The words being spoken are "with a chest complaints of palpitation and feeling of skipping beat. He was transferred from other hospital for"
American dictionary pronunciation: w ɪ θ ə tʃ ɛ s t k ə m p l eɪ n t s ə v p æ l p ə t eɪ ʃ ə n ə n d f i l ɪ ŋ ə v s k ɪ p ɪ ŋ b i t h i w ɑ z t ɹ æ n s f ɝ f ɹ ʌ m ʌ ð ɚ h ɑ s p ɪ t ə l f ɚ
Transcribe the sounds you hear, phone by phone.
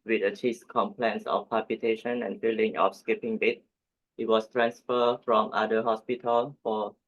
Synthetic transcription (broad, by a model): w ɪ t ə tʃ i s k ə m p l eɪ n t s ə f p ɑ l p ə t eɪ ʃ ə n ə n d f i l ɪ ŋ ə f s k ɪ p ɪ ŋ b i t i w ɑ s t ɹ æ n s f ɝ f ɹ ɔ m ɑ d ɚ h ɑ s p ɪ t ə l f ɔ